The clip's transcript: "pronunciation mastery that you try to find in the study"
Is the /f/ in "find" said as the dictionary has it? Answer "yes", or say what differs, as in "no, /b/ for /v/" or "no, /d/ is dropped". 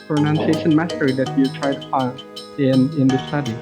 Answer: no, /p/ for /f/